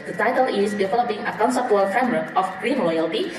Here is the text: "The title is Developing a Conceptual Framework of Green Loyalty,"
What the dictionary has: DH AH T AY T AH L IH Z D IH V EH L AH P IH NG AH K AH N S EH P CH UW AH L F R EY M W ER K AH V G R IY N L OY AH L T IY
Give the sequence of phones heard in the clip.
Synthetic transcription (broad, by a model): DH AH T AY T AH L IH S D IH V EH L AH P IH NG AH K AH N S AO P UW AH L F R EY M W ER K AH F G R IY N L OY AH L T IY